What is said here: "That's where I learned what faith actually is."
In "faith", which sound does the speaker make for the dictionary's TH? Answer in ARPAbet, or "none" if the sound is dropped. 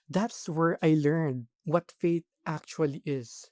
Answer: T